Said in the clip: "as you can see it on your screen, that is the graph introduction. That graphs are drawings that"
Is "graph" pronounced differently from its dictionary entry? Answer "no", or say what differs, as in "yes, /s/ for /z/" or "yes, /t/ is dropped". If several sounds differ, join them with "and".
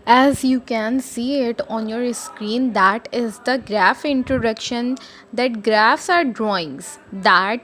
no